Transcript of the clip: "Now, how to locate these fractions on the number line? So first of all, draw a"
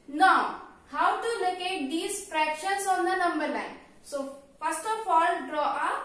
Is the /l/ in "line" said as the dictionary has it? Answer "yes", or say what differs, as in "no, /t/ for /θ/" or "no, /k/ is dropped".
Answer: no, /n/ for /l/